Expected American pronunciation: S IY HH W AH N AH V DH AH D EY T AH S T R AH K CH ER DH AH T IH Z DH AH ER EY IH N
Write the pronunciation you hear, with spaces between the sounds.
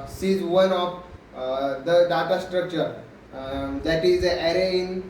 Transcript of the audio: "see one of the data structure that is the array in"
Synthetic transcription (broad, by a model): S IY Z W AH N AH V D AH D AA T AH S T R AH K CH ER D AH T IH Z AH ER EY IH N